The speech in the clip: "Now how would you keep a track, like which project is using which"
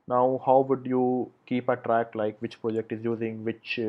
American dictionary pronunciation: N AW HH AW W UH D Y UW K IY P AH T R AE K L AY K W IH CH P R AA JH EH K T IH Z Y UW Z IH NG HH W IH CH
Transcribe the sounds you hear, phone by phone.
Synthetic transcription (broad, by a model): N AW HH AW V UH D Y UW K IY P AH T R AE K L AY K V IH CH P R AA JH EH K T IH Z Y UW Z IH NG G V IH CH